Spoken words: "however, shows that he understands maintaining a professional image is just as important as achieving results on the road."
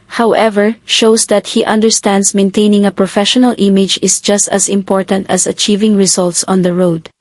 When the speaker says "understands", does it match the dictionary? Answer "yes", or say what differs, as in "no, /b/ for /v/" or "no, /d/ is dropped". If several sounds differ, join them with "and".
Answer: no, /s/ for /z/